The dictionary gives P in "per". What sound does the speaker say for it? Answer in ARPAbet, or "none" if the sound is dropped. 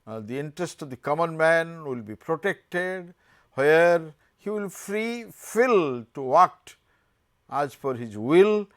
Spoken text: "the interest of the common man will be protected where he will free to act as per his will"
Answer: F